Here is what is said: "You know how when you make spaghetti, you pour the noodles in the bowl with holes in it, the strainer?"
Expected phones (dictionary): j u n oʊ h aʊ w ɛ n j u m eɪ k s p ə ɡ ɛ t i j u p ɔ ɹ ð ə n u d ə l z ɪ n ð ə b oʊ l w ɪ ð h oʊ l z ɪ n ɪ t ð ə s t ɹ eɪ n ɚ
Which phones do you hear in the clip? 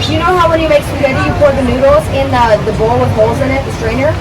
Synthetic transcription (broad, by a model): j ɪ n oʊ h aʊ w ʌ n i m eɪ k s ə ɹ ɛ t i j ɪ p ɔ ɹ ð ə n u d l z ɪ n ð ə b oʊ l w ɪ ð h oʊ l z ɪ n ɪ t ð ə s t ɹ eɪ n ɚ